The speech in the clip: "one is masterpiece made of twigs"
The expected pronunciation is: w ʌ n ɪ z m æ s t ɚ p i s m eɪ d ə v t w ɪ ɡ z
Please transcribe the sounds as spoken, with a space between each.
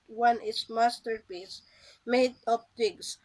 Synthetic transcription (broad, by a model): w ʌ n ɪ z m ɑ s t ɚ p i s m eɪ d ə p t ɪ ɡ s